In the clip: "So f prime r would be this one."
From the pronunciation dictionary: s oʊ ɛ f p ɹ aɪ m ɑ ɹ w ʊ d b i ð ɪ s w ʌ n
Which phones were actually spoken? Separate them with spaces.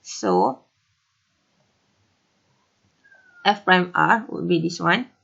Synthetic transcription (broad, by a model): s oʊ ɛ f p ɹ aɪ m ɑ ɹ w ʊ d b i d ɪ s w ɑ n